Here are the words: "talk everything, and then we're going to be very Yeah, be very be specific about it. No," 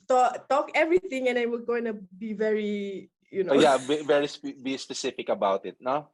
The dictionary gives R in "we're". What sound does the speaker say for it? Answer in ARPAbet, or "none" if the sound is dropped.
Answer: L